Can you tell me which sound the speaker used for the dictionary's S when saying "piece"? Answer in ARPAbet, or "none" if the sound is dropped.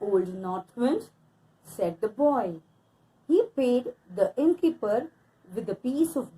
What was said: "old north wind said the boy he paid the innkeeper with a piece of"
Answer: S